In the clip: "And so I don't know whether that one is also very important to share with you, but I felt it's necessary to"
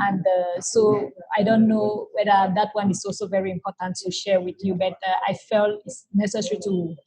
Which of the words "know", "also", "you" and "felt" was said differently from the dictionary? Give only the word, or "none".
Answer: none